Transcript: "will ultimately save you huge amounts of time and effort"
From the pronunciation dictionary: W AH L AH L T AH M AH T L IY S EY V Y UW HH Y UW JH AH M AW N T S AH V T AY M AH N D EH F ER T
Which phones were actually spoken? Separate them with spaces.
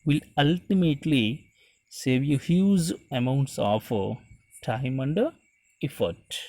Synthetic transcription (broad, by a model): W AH L AH L T AH M AH T L IY S EY V Y UW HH Y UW Z AH M AW N T S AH F T AY M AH N D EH F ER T